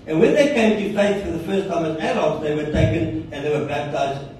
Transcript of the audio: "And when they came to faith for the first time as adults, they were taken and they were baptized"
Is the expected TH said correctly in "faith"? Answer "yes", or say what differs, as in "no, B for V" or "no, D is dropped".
no, S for TH